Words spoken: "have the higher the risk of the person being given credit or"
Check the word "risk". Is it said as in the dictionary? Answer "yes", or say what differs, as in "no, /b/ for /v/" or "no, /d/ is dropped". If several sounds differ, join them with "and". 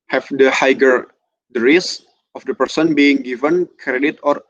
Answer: no, /k/ is dropped